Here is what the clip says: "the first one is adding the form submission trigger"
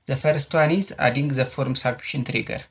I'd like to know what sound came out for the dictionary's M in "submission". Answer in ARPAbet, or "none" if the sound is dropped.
none